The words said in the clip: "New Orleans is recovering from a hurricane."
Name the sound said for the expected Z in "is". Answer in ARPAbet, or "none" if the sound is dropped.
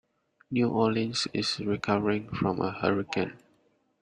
S